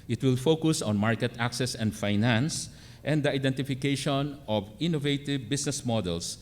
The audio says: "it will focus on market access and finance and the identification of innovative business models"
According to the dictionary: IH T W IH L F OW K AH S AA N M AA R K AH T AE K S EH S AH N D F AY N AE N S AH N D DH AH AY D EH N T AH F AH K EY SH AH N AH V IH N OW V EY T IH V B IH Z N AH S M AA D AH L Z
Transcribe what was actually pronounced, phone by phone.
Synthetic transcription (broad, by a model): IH T W IH L F OW K AH S AA N M AA R K AH T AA K S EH S AH N D F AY N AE N S AH N D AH AY D EH N T AH F AH K EY SH AH N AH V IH N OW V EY T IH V B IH S N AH S M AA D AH L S